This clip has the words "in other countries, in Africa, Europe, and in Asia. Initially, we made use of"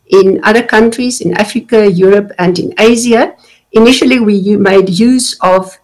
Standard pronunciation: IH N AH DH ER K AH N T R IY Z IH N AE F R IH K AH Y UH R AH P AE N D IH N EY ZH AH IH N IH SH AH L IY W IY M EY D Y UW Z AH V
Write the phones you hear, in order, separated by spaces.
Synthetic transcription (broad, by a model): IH N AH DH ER K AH N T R IY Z IH N AE F R IH K AH Y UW R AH P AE N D IH N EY Z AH IH N IH SH AH L IY W IY M EY D Y UW Z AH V